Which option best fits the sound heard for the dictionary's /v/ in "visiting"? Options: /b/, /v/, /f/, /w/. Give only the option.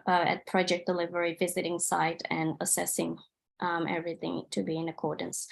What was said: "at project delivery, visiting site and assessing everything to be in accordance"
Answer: /v/